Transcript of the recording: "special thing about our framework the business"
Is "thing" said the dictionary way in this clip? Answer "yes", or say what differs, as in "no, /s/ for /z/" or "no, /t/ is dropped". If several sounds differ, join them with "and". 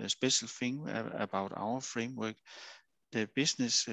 no, /f/ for /θ/